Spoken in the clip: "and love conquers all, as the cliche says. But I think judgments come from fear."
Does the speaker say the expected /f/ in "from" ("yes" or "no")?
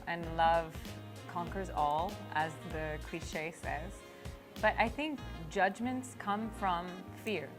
yes